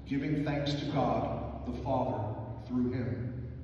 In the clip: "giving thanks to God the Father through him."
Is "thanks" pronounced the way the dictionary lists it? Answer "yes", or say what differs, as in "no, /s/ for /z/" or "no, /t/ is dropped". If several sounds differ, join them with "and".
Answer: yes